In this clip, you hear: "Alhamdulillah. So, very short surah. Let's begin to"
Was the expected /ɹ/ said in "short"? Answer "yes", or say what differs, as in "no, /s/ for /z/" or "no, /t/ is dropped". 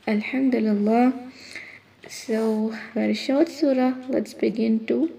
no, /w/ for /ɹ/